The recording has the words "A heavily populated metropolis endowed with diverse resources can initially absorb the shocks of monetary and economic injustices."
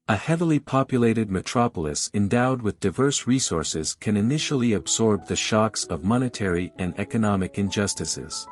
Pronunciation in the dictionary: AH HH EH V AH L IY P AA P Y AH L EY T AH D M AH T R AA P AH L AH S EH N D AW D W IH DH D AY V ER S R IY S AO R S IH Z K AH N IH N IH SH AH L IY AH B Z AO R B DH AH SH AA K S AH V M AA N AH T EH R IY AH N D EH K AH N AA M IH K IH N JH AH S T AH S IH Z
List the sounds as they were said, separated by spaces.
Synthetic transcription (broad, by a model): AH HH EH V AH L IY P AA P Y AH L EY T AH D M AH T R AA P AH L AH S EH N D AW D W IH DH D AY V ER S R IY S AO R S IH Z K AH N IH N IH SH L IY AH B Z AO R B DH AH SH AA K S AH V M AA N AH T EH R IY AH N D EH K AH N AA M IH K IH N JH AH S T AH S IH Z